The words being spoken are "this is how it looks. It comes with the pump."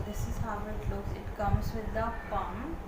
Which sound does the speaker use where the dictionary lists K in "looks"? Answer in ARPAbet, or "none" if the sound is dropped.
none